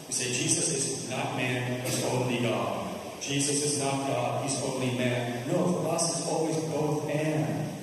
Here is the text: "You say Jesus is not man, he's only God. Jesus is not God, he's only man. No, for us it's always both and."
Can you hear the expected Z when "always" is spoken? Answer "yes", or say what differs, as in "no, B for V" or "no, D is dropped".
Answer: yes